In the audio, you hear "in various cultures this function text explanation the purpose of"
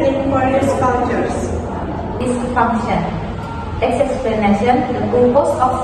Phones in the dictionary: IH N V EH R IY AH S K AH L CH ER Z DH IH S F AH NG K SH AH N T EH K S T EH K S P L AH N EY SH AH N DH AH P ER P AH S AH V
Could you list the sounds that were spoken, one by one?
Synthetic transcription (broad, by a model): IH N P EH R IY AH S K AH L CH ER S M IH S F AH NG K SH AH N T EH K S EH K S P L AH N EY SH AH N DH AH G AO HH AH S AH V